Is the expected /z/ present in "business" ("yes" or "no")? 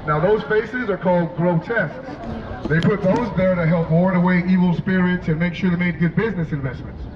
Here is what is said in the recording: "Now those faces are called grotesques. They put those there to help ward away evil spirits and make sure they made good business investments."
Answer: yes